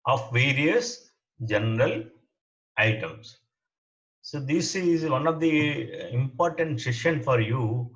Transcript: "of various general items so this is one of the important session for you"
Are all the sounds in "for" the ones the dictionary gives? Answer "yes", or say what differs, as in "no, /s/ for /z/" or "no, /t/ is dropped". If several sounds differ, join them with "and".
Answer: yes